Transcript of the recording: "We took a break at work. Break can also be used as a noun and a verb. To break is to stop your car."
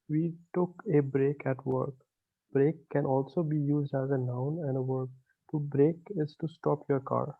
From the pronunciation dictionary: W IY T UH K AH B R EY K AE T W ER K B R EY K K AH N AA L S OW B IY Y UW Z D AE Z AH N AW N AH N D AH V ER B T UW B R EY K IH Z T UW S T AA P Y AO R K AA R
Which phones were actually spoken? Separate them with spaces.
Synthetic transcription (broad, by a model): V IY T UH K AH B R EY K AE T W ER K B R EY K K AH N AA L S OW B IY Y UW Z D AE Z AH N AW N AH N D AH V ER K T UW B R EY K IH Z T UW S T AA P Y AO R K AA R